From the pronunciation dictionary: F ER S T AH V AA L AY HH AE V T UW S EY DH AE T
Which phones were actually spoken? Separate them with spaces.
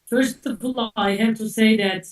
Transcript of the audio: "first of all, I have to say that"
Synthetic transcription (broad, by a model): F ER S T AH P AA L AY HH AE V T UW S EY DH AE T